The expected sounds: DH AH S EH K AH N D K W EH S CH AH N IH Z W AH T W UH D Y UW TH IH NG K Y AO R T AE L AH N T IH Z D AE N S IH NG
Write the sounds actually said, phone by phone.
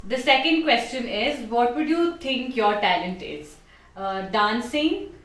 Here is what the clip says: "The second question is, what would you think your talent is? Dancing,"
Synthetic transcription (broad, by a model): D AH S EH K AH N D K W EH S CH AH N IH Z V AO T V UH D Y UW T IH NG K Y AO R T AE L AH N T IH Z D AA N S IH NG